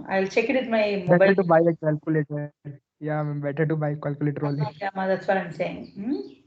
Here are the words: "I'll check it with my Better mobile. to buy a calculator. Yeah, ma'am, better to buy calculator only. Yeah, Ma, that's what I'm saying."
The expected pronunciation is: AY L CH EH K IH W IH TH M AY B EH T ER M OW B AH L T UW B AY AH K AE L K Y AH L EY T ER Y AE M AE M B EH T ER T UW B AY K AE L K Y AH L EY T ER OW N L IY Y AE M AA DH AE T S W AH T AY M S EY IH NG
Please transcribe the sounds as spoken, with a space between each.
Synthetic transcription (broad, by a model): AY L CH EH K IH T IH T M AY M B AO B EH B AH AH T UW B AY AH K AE L K Y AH L EY T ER Y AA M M B EH T ER T UW B AY K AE L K Y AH L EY T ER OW L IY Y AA M AA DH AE T S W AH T AY M S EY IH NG